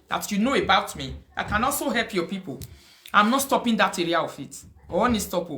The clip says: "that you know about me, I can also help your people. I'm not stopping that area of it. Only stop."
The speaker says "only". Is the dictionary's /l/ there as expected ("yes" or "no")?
no